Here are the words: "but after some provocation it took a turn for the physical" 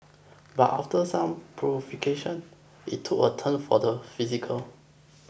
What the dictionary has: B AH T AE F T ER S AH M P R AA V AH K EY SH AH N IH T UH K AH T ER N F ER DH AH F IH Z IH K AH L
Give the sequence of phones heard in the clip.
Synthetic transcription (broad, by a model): B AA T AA F T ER S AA M P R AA F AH K EY SH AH N IH T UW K AH T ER N F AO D AH F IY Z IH K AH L